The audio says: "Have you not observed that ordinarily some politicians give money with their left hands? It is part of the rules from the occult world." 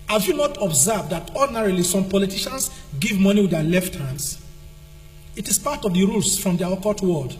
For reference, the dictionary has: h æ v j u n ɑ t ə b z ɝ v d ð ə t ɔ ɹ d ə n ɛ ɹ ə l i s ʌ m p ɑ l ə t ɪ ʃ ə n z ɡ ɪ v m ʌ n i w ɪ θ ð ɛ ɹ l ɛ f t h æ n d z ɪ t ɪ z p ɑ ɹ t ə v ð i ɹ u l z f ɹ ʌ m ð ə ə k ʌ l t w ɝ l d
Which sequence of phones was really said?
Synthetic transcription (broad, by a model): h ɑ v j u n ɑ t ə b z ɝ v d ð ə t ɔ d n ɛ ɹ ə l i s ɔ m p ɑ l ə t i ʃ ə n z ɡ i v m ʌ n i w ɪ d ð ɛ l ɛ f t h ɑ n d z ɪ t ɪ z p ɑ t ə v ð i ɹ u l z f ɹ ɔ m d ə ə k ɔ t w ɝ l d